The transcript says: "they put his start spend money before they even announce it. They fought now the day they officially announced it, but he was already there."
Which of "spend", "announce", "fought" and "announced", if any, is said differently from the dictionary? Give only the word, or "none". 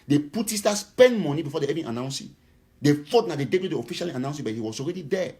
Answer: announced